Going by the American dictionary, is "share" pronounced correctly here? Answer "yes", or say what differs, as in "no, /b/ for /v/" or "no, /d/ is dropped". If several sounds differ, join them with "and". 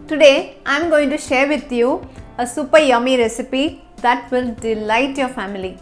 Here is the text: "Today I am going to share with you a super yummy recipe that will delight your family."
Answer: yes